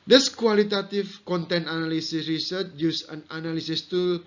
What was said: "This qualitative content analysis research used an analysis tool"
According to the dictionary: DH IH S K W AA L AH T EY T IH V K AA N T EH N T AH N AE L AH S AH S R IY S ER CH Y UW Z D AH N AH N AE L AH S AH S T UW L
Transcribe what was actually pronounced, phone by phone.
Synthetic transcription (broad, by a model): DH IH S K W AA L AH T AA T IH F K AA N T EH N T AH N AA L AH S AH S R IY S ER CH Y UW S AH N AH N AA L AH S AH S T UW